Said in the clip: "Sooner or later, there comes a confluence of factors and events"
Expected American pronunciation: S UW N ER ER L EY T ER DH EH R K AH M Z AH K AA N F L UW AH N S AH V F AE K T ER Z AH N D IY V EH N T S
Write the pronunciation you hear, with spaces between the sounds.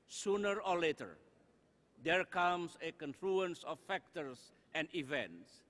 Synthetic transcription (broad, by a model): S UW N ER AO L EY T ER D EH R K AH M S AH K AA N F L UW AH N S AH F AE K T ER S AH N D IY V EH N T S